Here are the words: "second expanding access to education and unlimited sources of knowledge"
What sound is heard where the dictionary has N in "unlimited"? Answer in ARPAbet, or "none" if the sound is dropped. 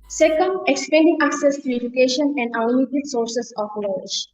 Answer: none